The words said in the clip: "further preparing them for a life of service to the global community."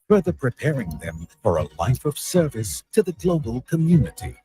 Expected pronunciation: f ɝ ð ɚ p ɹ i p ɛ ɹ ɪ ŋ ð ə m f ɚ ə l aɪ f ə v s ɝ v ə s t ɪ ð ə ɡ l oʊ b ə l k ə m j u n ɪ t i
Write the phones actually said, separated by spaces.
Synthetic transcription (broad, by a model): f ɝ ð ɚ p ɹ i p ɛ ɹ ɪ ŋ ð ə m f ɚ ə l aɪ f ə v s ɝ v ə s t ɪ ð ə ɡ l oʊ b ə l k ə m j u n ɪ t i